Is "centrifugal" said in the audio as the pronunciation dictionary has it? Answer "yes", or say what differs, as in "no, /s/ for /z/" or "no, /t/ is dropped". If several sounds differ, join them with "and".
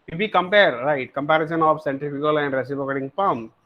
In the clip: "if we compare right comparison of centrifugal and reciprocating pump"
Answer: no, /ɹ/ is dropped